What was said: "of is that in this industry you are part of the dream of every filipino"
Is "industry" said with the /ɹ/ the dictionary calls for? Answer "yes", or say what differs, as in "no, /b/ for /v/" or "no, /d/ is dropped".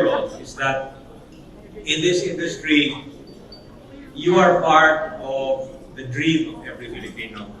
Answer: yes